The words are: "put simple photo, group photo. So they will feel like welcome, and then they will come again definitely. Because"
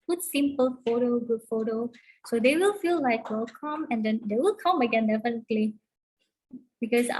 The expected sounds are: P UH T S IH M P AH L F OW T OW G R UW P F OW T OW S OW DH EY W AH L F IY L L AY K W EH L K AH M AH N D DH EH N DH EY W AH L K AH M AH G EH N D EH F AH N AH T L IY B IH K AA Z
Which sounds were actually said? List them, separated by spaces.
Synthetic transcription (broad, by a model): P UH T S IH M P AH L F OW T OW G UW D F OW T OW S OW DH EY W AH L F IY L L AY K W EH L K AH M AH N D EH N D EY W AH L K AH M AH G EH N D EH F AH N AH T L IY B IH K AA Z